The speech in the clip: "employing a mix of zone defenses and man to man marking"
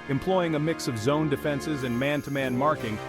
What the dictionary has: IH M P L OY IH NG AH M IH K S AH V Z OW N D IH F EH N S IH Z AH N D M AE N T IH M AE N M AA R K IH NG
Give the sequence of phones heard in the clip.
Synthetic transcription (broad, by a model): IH M P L OY IH NG AH M IH K S AH V Z OW N D IH F EH N S IH Z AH N M AE N T IH M AE N M AA R K IH NG